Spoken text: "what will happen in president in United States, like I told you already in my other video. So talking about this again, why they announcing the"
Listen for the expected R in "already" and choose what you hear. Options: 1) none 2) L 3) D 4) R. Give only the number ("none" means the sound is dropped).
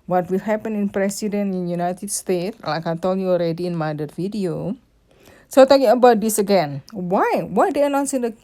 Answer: 4